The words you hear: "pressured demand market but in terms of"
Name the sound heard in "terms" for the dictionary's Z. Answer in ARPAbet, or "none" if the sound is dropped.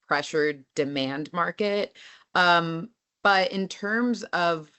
Z